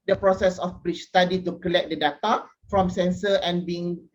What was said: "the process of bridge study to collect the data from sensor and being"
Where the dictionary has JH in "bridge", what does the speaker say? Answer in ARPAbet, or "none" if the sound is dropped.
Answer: CH